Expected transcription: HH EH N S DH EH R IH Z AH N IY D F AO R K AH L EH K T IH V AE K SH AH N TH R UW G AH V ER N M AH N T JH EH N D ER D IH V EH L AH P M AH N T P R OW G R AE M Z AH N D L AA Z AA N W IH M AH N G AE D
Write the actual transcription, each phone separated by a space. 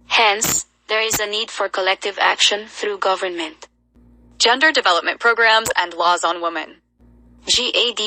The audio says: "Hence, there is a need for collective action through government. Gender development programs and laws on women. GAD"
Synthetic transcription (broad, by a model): HH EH N S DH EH R IH Z AH N IY D F AO R K AH L EH K T IH V AE K SH AH N TH R UW G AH V ER N M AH N T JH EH N D ER D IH V EH L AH P M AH N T P R OW G R AE M Z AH N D L AA Z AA N W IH M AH N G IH D